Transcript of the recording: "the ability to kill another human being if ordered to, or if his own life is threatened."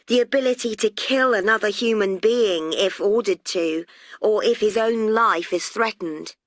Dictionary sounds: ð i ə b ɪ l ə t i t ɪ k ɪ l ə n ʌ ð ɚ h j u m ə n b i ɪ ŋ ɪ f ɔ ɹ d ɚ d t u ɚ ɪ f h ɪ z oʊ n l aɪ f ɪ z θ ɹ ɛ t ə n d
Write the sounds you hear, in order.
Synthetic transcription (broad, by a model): ð i ə b ɪ l ə t i t ɪ k ɪ l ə n ʌ ð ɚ h j u m ə n b i ɪ ŋ ɪ f ɔ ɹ d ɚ d t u ɚ ɪ f h ɪ z oʊ n l aɪ f ɪ z θ ɹ ɛ t n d